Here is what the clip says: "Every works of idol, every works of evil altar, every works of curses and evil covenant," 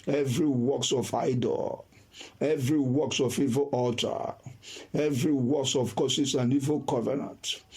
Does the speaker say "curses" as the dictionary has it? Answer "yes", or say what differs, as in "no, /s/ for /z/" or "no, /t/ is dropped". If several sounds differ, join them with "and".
no, /s/ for /z/